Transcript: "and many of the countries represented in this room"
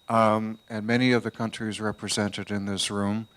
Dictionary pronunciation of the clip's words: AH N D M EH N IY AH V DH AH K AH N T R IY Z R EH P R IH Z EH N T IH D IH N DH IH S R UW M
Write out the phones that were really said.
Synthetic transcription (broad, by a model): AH N M EH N IY AH V DH AH K AH N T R IY Z R EH P R IH Z EH N T IH D IH N DH IH S R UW M